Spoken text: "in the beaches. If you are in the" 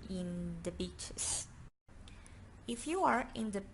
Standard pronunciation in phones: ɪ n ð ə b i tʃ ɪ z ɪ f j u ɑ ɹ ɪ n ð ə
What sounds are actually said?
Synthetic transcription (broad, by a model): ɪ n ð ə b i tʃ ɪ s ɪ f j u ɑ ɹ ɪ n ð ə